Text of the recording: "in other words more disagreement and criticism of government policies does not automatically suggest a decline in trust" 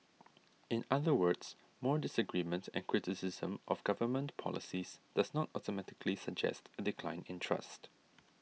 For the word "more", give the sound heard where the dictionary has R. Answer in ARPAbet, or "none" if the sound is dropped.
R